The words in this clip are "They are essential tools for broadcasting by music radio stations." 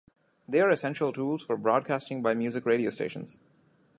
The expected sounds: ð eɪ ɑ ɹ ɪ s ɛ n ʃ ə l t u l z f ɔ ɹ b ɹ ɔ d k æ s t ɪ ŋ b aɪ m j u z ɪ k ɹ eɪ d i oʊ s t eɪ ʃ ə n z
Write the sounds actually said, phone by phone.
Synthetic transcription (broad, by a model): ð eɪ ɑ ɹ ɪ s ɛ n ʃ ə l t u l z f ɔ ɹ b ɹ ɔ d k æ s t ɪ ŋ b aɪ m j u z ɪ k ɹ eɪ d i oʊ s t eɪ ʃ ə n z